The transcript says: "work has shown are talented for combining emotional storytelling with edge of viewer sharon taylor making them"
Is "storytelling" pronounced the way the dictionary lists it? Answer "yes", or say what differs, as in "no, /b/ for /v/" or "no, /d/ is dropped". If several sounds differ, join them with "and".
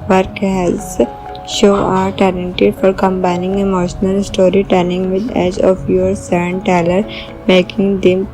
no, /n/ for /l/